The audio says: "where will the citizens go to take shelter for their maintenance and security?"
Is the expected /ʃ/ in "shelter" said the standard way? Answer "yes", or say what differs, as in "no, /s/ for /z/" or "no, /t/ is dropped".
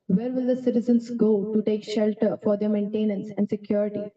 yes